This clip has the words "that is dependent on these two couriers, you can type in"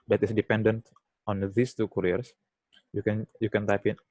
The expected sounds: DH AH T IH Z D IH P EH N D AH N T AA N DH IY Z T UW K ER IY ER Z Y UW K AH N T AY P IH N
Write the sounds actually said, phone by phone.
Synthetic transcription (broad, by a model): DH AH T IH S D IH P EH N D AH N T AA N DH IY S T UW K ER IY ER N Y UW K AH N T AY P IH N